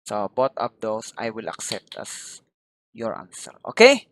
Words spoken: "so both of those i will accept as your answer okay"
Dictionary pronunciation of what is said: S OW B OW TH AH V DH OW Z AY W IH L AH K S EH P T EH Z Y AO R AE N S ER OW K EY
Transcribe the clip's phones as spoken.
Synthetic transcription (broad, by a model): S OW B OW T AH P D OW S AY W IH L AH K S EH P T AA S Y AO R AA N S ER OW K EY